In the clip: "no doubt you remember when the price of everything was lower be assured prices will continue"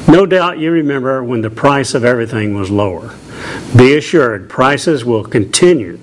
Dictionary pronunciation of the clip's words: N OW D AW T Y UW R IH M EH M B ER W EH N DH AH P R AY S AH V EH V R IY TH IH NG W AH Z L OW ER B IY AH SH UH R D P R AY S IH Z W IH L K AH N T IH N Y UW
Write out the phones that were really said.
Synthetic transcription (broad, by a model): N OW D AW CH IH R IH M EH M B ER W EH N DH AH P R AY S AH V EH V R IY TH IH NG W AH Z L OW ER B IY AH SH UH R D P R AY S IH Z W IH L K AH N T IH N Y UW